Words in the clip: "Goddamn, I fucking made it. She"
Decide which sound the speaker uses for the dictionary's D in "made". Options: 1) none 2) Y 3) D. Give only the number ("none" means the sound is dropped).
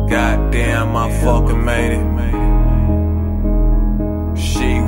1